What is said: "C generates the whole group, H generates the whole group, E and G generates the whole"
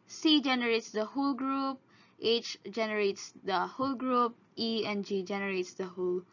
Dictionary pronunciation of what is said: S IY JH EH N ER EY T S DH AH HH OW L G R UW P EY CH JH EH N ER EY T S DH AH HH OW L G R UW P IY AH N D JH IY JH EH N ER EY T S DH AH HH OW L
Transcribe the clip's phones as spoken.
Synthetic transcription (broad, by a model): S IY JH EH N ER EY T S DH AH HH OW L G R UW P EY CH JH EH N ER EY T S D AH HH OW L G R UW P IY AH N JH IY JH EH N ER EY T S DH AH HH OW L